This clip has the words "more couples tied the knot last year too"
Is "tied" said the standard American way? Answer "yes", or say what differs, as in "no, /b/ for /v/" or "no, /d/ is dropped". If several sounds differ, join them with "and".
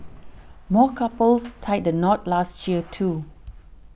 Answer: yes